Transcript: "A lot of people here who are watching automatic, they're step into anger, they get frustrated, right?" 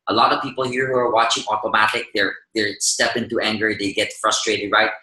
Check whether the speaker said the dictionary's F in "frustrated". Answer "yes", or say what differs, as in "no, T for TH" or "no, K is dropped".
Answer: yes